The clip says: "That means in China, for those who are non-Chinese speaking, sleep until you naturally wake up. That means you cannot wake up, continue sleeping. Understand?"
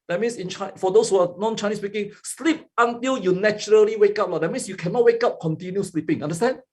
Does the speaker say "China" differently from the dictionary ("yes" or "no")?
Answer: yes